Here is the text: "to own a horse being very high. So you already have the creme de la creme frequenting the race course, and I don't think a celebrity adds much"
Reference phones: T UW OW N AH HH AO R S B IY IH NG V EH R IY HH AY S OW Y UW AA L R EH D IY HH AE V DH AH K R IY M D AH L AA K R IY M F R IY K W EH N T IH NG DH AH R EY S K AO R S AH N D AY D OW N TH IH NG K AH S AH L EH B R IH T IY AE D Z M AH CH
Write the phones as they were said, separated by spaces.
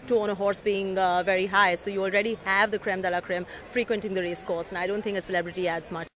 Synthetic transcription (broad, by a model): T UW OW N AH HH AO R S B IY IH NG V EH R IY HH AY S OW Y UW AA L R EH D IY HH AE V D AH K R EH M D AH L AA K R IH M F R IY K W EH N T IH NG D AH R EY S K AO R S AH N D AY D OW N T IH NG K AH S AH L EH B R IH T IY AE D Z M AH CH